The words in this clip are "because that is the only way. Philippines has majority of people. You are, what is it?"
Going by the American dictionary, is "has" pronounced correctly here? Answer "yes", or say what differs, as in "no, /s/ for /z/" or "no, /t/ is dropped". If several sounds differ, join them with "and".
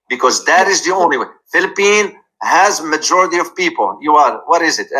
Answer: yes